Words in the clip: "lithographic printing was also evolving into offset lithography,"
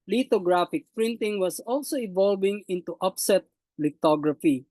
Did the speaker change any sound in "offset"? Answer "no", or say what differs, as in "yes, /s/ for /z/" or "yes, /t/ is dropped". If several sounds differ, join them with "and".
yes, /p/ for /f/